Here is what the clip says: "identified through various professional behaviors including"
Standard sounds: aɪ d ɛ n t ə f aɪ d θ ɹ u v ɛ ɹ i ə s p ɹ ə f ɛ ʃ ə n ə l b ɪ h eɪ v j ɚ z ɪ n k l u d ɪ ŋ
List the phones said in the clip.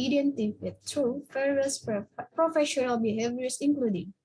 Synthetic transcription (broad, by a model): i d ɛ n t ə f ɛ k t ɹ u f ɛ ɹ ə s p ɹ ə f ɛ ʃ ə n ə l b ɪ h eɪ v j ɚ s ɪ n k l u d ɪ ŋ